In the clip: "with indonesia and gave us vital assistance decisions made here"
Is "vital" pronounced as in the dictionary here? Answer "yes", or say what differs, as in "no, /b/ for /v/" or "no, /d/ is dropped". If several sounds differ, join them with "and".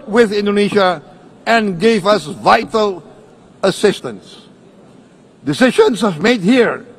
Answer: yes